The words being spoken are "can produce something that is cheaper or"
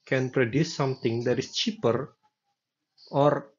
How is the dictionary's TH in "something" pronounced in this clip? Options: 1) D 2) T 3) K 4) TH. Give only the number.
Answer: 2